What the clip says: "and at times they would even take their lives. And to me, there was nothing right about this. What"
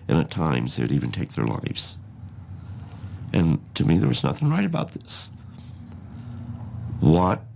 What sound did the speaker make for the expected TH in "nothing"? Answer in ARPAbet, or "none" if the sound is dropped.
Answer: TH